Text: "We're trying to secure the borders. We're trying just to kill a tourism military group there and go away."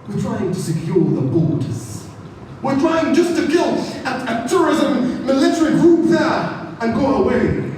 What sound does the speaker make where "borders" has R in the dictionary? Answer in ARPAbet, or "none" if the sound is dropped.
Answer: L